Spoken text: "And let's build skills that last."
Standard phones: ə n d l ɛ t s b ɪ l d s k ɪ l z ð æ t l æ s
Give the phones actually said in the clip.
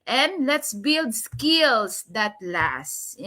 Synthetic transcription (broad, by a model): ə n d l ɛ t s b ɪ l d s k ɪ l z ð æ t l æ s